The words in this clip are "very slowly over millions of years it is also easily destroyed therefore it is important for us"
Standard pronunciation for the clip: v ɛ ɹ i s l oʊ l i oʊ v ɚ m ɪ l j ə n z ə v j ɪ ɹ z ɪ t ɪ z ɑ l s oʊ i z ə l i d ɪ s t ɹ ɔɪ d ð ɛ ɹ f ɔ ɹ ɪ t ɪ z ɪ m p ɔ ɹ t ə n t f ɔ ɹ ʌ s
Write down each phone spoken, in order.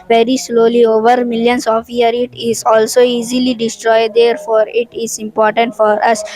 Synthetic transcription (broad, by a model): v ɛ ɹ i s l oʊ l i oʊ v ɚ m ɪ l j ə n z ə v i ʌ ɹ ɪ t ɪ z ɑ l s oʊ i z ə l i d ɪ s t ɹ ɔɪ d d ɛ ɹ f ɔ ɹ ɪ t ɪ z ɪ m p ɔ ɹ t ə n t f ɔ ɹ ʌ s